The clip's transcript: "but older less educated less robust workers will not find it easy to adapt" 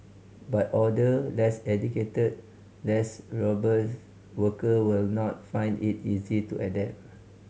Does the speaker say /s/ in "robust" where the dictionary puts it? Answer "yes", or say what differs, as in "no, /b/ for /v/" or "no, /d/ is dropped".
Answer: no, /s/ is dropped